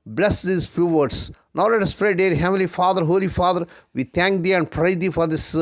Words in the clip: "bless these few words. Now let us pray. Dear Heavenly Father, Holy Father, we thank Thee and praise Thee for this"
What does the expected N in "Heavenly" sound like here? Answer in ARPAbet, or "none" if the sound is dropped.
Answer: none